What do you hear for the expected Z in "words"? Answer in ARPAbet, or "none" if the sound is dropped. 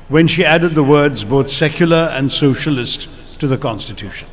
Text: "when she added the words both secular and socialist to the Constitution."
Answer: Z